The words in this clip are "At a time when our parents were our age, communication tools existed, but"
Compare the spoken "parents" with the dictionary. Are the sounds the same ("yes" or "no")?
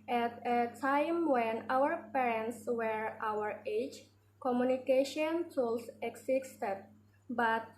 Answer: yes